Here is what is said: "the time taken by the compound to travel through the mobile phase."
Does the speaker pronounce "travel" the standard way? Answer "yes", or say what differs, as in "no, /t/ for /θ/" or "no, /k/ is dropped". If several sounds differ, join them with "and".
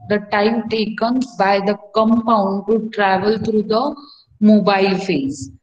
yes